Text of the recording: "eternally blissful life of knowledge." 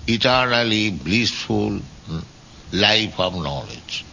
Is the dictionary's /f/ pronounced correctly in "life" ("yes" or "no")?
no